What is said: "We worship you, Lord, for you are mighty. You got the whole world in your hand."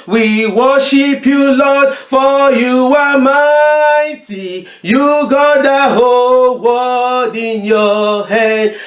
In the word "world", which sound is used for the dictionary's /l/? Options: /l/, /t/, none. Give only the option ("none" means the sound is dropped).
none